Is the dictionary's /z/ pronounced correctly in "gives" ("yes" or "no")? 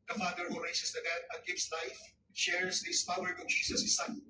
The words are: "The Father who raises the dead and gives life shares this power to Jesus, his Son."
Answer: no